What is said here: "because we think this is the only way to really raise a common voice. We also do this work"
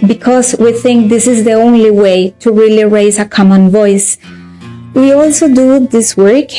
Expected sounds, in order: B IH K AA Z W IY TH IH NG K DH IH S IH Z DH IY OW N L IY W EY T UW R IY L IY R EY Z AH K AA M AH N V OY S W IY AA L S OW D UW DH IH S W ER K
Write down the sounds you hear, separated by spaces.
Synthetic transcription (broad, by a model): B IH K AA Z W IY TH IH NG K DH IH S IH Z DH IY OW N L IY W EY T UW R IY L IY R EY Z AH K AA M AH N V OY S W IY AA L S OW D UW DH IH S W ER K